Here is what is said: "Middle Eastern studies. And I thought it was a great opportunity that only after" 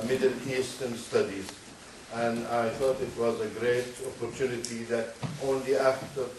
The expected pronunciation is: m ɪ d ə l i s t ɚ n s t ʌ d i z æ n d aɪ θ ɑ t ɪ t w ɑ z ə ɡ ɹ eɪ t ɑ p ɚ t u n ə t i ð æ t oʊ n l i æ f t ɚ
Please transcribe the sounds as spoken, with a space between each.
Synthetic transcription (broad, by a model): m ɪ d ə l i s t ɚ n s t ʌ d i z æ n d aɪ θ ɑ t ɪ t w ɑ z ə ɡ ɹ eɪ t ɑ p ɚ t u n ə t i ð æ t oʊ n l i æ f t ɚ